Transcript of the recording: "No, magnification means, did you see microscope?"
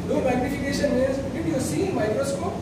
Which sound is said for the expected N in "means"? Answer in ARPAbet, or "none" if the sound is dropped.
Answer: none